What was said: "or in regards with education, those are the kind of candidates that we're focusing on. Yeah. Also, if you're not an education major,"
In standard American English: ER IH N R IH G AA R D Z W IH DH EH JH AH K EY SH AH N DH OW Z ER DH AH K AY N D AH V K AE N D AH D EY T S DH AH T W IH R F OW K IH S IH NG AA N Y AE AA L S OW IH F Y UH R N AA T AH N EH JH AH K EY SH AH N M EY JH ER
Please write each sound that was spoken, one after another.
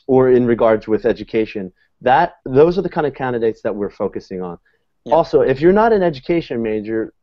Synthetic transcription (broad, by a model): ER IH N R IH G AA R D Z W IH DH EH JH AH K EY SH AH N DH OW Z ER DH AH K AY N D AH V K AE N D AH D EY T S DH AH T W IH R F OW K IH S IH NG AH N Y AA L S OW IH F Y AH R N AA T AH N EH JH AH K EY SH AH N M EY JH ER